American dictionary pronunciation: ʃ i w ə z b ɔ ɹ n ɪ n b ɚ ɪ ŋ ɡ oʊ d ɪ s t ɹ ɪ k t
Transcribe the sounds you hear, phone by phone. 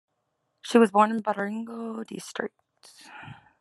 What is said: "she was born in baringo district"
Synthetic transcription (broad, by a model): ʃ i w ə z b ɔ ɹ n ɪ n b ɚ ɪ ŋ ɡ oʊ d ɪ s t ɹ ɪ k t